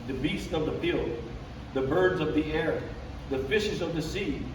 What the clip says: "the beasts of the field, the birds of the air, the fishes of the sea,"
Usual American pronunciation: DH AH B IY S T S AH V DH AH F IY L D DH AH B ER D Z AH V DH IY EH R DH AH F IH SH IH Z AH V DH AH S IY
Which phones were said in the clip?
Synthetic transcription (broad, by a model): DH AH B IY S T S AH V DH AH F IY L D DH AH B ER D Z AH V DH IY EH R DH AH F IH SH IH Z AH V DH AH S IY